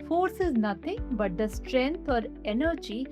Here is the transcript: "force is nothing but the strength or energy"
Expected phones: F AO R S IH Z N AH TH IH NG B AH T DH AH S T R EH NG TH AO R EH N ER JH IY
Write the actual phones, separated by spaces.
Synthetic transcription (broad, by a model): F AO R S IH Z N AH T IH NG B AH T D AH S T R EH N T AO R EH N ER JH IY